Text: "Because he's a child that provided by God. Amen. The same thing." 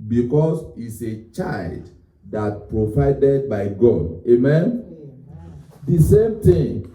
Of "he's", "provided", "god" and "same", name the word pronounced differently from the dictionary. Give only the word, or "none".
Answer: he's